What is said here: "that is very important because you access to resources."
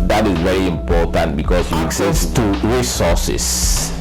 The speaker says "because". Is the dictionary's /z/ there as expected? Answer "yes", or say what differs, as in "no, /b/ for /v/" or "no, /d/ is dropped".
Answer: no, /s/ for /z/